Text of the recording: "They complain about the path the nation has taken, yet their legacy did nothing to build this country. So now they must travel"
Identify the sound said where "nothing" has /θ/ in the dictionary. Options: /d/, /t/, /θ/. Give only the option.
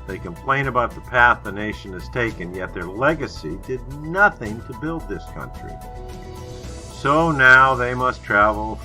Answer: /θ/